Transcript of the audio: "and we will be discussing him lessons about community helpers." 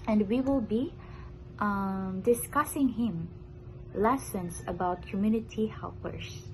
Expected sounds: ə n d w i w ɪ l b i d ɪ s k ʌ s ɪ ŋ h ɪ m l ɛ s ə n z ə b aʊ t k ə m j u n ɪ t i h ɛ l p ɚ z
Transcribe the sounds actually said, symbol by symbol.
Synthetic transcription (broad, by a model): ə n d w i w ɪ l b i d ɪ s k ʌ s ɪ ŋ h ɪ m l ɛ s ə n s ə b aʊ t k ə m j u n ɪ t i h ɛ l p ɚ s